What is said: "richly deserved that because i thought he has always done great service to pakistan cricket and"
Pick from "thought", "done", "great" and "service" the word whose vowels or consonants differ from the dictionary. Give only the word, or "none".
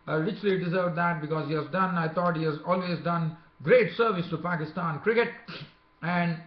thought